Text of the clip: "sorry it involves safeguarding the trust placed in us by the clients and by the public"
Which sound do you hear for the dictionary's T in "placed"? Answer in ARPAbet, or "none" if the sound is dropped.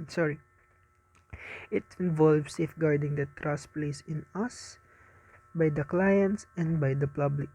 none